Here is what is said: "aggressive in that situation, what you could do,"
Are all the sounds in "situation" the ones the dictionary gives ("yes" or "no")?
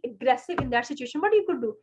yes